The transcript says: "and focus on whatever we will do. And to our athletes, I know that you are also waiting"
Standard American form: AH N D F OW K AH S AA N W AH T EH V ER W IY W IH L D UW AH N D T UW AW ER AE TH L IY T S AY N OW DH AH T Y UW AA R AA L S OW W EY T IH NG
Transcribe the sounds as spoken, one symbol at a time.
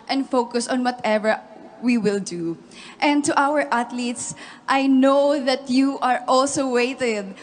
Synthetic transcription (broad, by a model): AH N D F OW K AH S AA N W AH T EH V ER W IY W IH L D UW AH N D T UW AW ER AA T L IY T S AY N OW DH AH T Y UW AA R AA L S OW W EY T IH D